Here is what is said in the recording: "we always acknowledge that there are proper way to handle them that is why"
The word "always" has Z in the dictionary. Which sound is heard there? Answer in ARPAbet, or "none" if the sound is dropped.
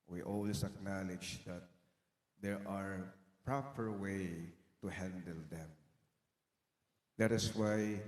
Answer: S